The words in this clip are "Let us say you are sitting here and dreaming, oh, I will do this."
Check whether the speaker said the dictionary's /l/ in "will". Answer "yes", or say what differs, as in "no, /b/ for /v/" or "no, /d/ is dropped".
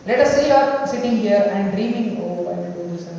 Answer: no, /n/ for /l/